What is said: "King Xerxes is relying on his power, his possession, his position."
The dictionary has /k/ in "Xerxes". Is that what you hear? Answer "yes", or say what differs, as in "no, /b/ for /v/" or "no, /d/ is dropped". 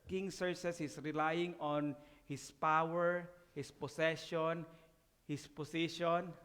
no, /k/ is dropped